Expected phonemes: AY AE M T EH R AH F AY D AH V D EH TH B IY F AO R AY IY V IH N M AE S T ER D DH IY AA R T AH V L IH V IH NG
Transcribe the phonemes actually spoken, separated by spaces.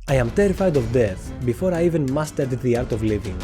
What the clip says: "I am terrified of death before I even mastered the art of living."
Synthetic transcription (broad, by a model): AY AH M T EH R AH F AY D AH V D EH TH B IY F AO R AY IY V IH N M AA S T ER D DH IY AA R T AH V L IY V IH NG